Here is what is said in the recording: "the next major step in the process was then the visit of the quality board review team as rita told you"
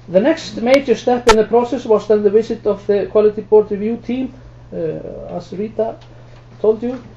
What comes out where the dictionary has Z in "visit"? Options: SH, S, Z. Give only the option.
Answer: S